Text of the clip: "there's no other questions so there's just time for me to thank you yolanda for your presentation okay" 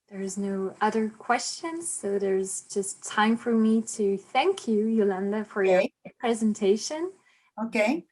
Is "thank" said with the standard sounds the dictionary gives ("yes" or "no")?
yes